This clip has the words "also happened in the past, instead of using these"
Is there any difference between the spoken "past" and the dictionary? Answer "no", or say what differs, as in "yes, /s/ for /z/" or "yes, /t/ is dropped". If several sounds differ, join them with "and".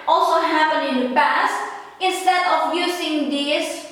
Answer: no